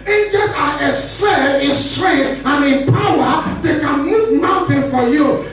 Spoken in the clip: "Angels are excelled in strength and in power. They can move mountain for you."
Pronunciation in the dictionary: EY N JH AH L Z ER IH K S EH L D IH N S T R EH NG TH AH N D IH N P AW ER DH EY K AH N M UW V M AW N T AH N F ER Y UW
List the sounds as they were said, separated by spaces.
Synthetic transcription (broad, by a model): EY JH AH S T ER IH S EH D IH N S T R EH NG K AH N IH N P AW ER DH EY K AH N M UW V M AW N T AH N F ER Y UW